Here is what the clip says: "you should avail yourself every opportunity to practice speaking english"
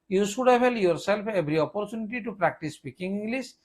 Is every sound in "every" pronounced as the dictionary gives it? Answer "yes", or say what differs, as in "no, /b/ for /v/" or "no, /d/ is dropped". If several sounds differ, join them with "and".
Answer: no, /b/ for /v/